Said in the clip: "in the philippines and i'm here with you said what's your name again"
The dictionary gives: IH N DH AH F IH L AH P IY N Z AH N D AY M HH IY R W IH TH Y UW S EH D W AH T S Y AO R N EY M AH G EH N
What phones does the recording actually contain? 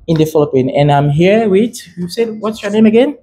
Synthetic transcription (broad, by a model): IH N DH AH F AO L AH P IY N AH N AY M HH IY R W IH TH Y UW S EH D W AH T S Y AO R N EY M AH G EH N